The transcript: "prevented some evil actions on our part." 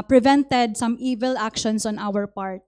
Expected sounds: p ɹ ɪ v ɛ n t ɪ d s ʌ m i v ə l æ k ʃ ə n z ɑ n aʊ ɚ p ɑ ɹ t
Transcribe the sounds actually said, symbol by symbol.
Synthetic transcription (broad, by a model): p ɹ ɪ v ɛ n t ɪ d s ʌ m i v ə l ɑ k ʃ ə n s ɑ n aʊ ɚ p ɑ ɹ t